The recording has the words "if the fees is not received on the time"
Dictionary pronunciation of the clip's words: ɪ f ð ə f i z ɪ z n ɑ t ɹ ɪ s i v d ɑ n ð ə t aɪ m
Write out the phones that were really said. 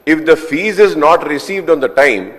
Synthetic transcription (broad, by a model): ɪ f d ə f i z ɪ z n ɑ t ɹ ɪ s i v d ɑ n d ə t aɪ m